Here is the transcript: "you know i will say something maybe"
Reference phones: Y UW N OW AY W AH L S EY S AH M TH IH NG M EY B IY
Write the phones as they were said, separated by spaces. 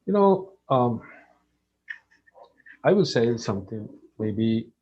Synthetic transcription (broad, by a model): Y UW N OW AY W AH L S EY S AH M T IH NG M EY B IY